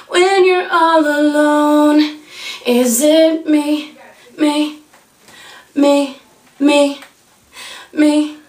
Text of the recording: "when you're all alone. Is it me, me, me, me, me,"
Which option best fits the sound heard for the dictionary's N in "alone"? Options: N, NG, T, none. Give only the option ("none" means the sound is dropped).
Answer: N